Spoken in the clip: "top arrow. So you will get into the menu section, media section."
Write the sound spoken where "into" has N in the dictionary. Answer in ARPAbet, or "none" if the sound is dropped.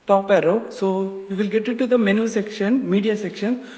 none